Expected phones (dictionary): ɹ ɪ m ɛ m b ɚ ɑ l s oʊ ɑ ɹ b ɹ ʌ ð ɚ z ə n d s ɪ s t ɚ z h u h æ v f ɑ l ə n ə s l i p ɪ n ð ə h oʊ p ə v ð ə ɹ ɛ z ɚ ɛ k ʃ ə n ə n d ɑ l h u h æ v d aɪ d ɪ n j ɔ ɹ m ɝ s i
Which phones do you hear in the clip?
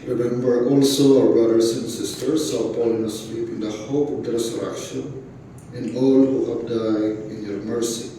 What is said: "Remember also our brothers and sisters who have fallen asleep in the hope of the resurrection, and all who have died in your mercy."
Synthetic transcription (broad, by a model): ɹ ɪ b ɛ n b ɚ ɑ l s oʊ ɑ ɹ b ɹ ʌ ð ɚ s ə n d s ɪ s t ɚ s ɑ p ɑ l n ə s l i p ɪ n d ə h oʊ p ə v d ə ɹ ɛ s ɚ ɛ k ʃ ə n ə n d ɑ l h u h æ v d aɪ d ɪ n j ɔ ɹ m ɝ s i